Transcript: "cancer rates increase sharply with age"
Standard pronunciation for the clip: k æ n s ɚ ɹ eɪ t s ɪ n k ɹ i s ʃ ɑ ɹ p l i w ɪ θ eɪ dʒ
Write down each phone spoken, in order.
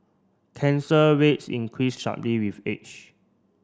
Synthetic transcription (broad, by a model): k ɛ n s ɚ w eɪ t s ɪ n k ɹ i s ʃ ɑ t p l i w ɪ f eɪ tʃ